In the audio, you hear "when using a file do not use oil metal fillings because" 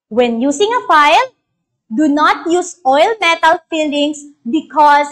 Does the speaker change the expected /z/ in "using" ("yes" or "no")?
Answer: yes